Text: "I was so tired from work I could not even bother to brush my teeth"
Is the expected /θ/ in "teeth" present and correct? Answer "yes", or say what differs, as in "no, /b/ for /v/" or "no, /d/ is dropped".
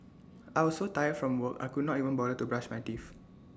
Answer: no, /f/ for /θ/